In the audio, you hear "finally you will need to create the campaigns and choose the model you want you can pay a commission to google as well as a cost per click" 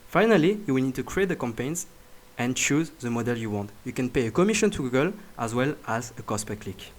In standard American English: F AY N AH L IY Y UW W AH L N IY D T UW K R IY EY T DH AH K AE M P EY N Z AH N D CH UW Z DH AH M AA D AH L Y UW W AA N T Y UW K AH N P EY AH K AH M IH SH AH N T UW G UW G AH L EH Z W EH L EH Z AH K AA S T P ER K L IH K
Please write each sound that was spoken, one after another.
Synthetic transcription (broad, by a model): F AY N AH L IY Y UW W AH L N IY D T UW K R IY EY T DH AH K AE M P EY N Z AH N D CH UW Z DH AH M AA D AH L Y UW W AA N T Y UW K AH N P EY AH K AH M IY SH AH N T UW G UW G AH L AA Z W EH L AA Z AH K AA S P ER K L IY K